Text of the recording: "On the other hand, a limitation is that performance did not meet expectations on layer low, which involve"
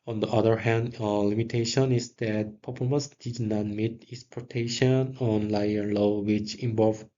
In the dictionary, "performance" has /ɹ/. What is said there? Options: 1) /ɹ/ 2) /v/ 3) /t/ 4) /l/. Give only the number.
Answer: 4